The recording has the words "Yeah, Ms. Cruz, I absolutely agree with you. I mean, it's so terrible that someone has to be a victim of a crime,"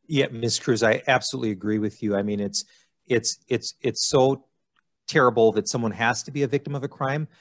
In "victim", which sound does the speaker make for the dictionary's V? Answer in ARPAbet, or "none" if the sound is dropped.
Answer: V